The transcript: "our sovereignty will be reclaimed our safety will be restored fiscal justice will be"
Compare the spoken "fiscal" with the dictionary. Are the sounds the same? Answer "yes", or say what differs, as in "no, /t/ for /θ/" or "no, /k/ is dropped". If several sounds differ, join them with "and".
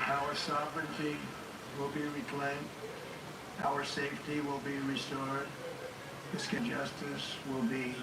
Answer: no, /n/ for /l/